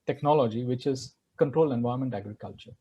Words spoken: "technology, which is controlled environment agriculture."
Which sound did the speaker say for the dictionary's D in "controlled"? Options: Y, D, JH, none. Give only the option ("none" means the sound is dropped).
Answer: none